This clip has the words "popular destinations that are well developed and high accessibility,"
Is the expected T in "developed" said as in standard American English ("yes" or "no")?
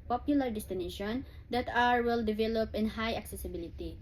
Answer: no